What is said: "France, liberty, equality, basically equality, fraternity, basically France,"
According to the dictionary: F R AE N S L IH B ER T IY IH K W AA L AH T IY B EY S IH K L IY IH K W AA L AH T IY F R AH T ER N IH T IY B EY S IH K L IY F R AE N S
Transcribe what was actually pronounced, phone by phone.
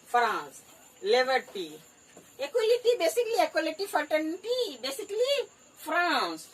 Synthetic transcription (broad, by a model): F R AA N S L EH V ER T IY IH K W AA L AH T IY B EY S IH K L IY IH K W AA L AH T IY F AH T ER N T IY B EY S IH K L IY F R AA N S